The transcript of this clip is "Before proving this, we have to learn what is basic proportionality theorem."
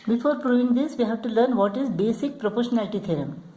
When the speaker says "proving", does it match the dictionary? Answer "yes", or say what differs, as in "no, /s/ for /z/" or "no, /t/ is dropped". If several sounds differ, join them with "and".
yes